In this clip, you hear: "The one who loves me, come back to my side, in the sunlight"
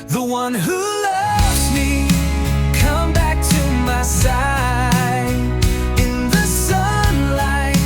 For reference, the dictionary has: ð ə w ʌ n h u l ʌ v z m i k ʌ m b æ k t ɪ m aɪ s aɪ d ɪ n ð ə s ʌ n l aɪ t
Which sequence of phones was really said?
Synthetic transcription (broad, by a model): ð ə w ʌ n h u l ʌ v z m i k ʌ m b æ k t ɪ m aɪ s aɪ ɪ n ð ə s ʌ n l aɪ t